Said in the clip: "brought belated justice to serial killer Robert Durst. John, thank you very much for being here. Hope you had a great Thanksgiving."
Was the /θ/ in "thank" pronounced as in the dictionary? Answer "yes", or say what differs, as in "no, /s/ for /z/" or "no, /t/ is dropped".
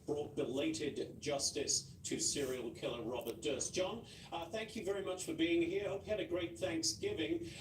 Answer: yes